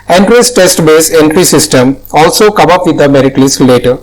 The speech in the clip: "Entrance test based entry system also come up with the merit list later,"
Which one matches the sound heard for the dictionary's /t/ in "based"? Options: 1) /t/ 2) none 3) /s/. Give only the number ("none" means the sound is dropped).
2